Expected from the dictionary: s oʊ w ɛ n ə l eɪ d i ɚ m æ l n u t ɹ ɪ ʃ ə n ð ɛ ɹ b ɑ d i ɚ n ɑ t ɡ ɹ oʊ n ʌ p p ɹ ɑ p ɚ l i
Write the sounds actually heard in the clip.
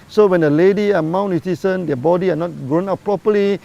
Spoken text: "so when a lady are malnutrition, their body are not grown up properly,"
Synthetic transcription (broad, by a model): s oʊ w ɛ n ə l eɪ d i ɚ m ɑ w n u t i s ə n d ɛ b ɑ d i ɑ n ɑ t ɡ ɹ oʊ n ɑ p p ɹ ɑ p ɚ l i